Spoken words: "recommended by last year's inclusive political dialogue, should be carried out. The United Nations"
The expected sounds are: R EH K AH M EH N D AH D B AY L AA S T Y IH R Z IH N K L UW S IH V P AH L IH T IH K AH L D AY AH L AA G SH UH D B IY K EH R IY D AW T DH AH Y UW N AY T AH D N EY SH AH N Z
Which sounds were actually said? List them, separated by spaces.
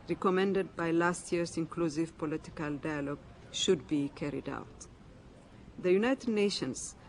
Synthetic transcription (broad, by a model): R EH K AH M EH N D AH D B AY L AA S T Y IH R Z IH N K L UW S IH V P AH L IH T IH K AH L D AY AH L AA G SH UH D B IY K EH R IY D AW T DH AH Y UW N AY T AH D N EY SH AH N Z